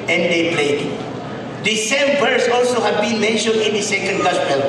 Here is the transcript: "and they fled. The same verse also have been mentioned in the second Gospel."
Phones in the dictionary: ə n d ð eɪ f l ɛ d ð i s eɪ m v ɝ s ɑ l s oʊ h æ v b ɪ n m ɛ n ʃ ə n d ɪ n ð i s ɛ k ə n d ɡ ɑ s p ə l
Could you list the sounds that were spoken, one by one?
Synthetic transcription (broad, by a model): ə n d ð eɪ p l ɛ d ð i s eɪ m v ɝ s ɑ l s oʊ h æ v b ɪ n m ɛ n ʃ ə n d ɪ n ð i s ɛ k ə n d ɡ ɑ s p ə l